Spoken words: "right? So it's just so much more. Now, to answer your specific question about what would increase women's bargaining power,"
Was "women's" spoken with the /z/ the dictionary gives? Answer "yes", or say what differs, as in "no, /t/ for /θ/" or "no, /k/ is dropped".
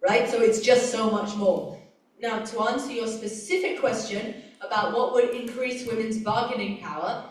yes